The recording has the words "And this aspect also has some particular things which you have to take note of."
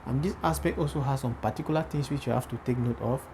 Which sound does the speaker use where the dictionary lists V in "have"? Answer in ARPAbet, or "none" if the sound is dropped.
F